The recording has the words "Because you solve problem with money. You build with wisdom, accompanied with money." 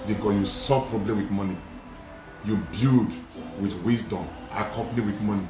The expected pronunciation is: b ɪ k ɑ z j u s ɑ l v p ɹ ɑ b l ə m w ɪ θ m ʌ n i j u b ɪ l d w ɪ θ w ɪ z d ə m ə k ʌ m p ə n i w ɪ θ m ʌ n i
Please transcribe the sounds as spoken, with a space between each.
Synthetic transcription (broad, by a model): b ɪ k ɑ j u s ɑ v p ɹ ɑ b l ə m w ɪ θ m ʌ n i j u b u d w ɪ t w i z d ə m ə k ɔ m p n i w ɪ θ m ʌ n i